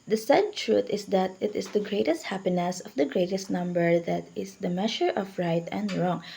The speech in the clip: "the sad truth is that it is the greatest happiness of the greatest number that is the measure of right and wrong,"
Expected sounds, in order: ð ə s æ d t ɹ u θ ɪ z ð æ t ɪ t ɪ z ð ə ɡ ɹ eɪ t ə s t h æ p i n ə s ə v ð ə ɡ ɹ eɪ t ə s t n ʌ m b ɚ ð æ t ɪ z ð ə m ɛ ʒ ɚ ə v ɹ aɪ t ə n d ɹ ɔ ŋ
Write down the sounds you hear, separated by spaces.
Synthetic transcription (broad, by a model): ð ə s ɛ d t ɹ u t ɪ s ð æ t ɪ t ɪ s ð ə ɡ ɹ eɪ t ə s t h æ p i n ə s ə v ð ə ɡ ɹ eɪ t ə s t n ʌ m b ɚ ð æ t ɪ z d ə m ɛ ʃ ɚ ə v ɹ aɪ t ə n d ɹ ɔ ŋ